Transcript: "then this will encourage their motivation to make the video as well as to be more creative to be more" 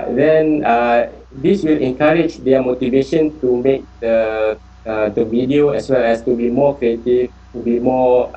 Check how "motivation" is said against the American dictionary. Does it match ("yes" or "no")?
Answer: yes